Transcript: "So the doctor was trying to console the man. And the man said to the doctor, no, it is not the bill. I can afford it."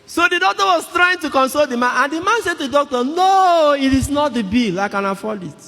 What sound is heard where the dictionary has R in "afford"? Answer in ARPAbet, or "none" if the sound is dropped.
L